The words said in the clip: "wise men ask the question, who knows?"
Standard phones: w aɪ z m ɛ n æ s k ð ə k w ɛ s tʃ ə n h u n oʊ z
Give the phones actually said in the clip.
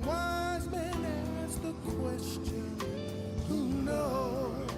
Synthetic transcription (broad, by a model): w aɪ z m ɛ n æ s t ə k w ɛ s tʃ ə n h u n oʊ